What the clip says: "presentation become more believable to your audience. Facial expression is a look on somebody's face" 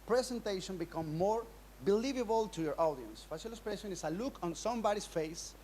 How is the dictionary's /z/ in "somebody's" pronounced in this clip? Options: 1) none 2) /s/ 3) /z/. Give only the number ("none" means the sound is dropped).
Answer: 2